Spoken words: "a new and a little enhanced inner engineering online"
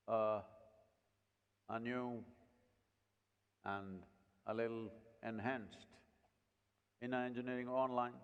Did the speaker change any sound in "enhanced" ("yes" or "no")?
no